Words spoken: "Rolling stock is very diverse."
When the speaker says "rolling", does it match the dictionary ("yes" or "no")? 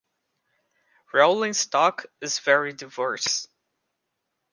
yes